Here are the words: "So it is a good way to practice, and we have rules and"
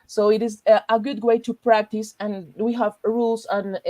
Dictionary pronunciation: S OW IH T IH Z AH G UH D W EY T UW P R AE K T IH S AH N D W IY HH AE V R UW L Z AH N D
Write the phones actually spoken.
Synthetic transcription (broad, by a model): S OW IH T IH Z AH G UH D W EY T UW P R AE K T IH S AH N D W IY HH AE V R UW L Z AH N